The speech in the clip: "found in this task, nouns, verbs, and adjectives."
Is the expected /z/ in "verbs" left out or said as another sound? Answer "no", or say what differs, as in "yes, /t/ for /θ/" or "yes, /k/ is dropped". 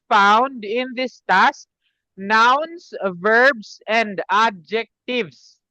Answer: yes, /s/ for /z/